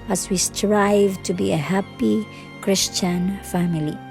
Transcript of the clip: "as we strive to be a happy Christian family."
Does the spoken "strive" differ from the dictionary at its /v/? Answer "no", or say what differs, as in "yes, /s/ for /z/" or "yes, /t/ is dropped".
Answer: no